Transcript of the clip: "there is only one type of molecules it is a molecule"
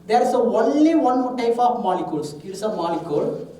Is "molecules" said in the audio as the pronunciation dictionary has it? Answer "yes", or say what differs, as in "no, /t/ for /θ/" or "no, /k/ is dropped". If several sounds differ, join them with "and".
no, /s/ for /z/